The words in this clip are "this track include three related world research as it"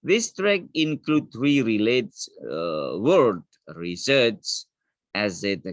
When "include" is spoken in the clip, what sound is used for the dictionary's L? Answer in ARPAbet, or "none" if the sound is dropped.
L